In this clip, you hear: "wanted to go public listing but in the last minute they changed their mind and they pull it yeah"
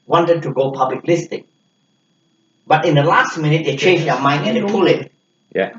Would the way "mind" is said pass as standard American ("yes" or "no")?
no